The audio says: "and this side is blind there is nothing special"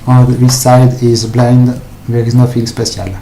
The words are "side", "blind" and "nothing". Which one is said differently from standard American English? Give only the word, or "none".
nothing